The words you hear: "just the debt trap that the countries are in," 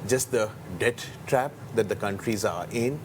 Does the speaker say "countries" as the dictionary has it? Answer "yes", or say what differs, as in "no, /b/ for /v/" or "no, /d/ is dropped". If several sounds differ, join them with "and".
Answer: yes